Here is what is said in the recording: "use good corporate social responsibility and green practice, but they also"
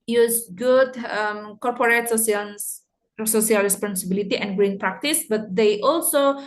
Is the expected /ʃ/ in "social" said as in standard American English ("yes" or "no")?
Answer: no